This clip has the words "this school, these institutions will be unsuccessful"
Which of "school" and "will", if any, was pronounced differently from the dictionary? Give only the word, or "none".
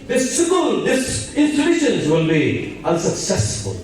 school